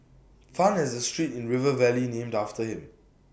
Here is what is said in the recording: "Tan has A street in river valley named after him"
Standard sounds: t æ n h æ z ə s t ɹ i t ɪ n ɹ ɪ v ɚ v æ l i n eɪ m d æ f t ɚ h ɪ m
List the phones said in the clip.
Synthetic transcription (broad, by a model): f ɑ n h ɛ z ə s t ɹ i t ɪ n ɹ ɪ v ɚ v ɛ l i n eɪ m d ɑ f t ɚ h ɪ m